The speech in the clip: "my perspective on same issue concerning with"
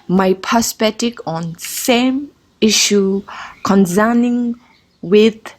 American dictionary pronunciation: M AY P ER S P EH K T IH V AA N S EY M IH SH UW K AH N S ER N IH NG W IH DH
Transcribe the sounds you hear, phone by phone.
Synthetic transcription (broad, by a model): M AY P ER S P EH T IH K AA N S EY M IH SH UW K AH N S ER N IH NG W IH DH